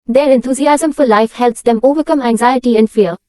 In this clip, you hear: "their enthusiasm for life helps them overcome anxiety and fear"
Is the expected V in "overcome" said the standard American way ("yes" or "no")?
yes